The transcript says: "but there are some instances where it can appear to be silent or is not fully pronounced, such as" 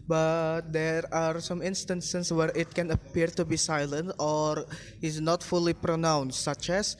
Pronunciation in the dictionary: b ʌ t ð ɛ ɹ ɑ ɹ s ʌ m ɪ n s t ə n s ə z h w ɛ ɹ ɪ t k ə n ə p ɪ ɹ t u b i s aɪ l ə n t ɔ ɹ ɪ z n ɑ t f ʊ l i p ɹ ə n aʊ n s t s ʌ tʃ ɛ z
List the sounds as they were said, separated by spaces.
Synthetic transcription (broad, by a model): b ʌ t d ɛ ɹ ɑ ɹ s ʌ m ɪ n s t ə n s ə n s w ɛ ɹ ɪ t k ə n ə p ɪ ɹ t u b i s aɪ l ə n t ɔ ɹ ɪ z n ɑ t f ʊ l i p ɹ ə n aʊ n s t s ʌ tʃ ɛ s